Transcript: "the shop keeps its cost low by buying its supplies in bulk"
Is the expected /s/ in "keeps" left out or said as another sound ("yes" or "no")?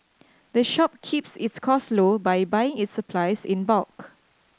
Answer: no